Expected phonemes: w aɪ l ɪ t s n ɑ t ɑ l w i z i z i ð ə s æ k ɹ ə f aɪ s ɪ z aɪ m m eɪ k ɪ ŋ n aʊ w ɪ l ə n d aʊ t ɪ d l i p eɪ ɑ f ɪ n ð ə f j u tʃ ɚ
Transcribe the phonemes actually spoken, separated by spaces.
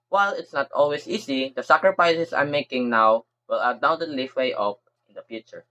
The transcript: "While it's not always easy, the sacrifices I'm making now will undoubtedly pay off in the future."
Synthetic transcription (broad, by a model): w aɪ l ɪ t s n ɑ t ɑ l w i s i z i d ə s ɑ k ɹ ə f aɪ s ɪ s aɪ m m eɪ k ɪ ŋ n aʊ w ɪ l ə d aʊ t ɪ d l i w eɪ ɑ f ɪ n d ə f j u tʃ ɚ